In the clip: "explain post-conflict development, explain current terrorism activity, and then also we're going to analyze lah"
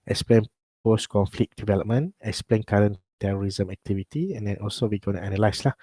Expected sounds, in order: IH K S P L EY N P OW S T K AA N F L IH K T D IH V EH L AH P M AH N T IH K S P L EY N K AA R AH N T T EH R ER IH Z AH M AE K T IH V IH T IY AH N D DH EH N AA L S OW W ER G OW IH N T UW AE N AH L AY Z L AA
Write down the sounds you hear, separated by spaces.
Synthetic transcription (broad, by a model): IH K S P L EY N P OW S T K AA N F L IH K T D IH V EH L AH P M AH N IH K S P L EY N K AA R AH N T T EH R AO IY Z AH M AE K T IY V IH T IY AH N D EH N AA L S OW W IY G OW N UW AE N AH L AY S L AA